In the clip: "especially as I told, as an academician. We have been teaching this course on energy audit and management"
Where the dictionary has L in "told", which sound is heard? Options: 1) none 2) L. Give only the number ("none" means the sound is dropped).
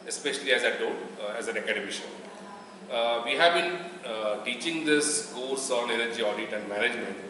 1